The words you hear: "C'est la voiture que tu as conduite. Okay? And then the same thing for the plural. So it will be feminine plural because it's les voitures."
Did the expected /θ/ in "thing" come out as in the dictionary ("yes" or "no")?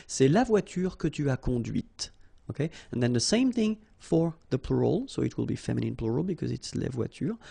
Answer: yes